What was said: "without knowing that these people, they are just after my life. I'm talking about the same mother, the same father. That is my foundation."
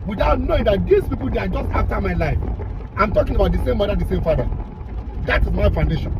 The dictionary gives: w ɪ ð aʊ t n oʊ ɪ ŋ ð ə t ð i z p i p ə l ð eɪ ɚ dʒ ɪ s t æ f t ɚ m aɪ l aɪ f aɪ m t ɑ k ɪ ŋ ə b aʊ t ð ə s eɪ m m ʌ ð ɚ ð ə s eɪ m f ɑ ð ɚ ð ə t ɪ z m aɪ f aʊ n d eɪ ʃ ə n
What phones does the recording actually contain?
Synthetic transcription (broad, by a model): w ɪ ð aʊ t n oʊ ɪ ŋ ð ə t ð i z p i p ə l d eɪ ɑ dʒ ɪ s t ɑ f t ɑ m aɪ l aɪ f aɪ m t ɑ k ɪ ŋ ə b aʊ t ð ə s eɪ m m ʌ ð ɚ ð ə s eɪ m f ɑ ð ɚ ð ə t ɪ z m aɪ f aʊ n d eɪ ʃ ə n